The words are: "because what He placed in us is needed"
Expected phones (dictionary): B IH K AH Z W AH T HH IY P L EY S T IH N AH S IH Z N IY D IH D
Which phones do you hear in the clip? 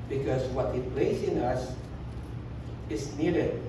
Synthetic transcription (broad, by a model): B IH K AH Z W AH T HH IY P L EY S IH N AH S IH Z N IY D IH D